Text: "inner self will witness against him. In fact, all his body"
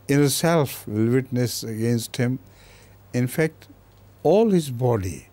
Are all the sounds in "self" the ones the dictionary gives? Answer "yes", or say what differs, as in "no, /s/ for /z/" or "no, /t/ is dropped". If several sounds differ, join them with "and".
yes